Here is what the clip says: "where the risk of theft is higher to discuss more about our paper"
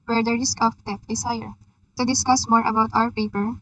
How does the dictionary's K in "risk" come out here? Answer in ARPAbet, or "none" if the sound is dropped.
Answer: K